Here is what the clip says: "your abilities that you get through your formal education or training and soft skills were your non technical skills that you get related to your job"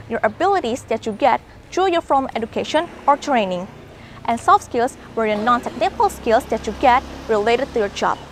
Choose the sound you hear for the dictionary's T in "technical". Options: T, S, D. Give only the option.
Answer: S